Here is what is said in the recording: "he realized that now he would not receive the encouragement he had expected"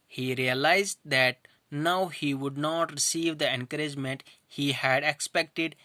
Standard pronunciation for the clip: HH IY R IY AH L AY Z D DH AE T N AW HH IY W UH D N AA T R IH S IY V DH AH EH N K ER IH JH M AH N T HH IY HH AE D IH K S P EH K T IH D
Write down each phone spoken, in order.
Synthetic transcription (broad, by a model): HH IY R IY AH L AY Z D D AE T N AW HH IY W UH D N AA T R IH S IY V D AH EH N K ER IH JH M AH N T HH IY HH AE D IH K S P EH K T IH D